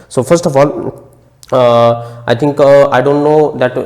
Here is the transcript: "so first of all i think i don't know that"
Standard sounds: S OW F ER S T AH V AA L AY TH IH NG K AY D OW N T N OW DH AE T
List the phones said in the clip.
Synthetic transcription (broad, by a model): S OW F ER S T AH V AA L AY T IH NG K AY D OW N T N OW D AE T